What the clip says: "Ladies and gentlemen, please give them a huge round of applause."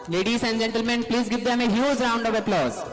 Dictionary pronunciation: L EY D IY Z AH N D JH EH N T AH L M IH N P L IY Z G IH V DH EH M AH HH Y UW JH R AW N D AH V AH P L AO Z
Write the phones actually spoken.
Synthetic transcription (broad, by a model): L EY D IY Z AH N D JH EH N T AH L M IH N P L IY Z G IH V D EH M AH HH Y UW Z R AW N D AH V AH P L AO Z